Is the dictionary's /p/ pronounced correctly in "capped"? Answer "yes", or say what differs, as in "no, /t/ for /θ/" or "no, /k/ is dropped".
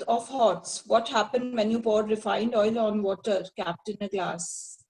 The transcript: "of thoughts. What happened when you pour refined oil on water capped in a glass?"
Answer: yes